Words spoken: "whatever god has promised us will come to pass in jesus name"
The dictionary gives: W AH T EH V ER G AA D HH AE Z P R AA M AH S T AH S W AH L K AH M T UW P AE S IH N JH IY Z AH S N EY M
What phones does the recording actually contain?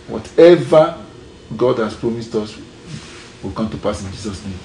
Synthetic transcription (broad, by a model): W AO T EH V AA G AA D HH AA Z P R AA M AH S T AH S W AH L K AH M T UW P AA S IH N JH IY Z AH S N EY M